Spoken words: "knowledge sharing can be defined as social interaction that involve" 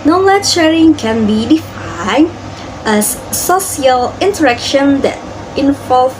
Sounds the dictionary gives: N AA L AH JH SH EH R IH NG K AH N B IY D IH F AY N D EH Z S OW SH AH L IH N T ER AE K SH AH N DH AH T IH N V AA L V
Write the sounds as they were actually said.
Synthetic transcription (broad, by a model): N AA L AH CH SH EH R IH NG K AH N B IY D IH F AY N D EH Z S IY AH L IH N T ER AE K SH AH N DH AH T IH N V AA L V